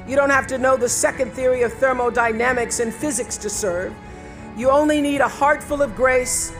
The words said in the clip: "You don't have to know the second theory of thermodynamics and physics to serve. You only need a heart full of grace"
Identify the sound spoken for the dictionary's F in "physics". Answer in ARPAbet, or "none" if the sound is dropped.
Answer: F